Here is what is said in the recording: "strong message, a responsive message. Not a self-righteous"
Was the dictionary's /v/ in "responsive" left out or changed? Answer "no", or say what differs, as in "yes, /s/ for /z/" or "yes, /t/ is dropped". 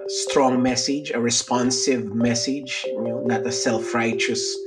no